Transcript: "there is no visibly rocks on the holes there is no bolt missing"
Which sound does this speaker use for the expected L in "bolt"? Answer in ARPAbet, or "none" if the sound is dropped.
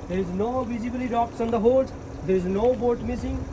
none